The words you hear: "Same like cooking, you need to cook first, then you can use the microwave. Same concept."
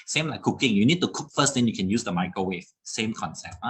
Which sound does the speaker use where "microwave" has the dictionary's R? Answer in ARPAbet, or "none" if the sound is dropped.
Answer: none